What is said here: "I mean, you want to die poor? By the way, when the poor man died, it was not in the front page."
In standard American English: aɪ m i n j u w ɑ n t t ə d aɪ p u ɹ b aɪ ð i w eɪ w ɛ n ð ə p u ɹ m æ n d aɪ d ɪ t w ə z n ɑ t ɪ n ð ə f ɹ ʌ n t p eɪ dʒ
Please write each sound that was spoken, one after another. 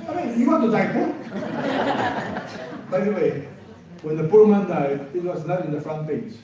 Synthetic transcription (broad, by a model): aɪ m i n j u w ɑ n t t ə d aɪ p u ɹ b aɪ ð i w eɪ w ɛ n ð ə p u ɹ m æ n d aɪ d ɪ t w ə z n ɑ t ɪ n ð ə f ɹ ʌ n t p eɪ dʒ